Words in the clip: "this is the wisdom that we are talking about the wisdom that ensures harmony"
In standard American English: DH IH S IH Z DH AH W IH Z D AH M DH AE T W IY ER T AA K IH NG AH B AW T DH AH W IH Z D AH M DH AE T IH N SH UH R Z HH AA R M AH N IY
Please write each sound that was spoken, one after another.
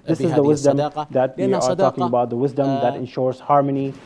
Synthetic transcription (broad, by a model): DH IH S IH Z DH AH W IH Z D AH M DH AE T W IY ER T AA K IH NG AH B AW T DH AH W IH Z D AH M DH AE T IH N SH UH R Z HH AA R M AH N IY